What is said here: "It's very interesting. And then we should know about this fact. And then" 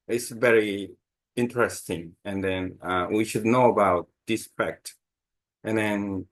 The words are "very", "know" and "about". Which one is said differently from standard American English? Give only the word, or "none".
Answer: none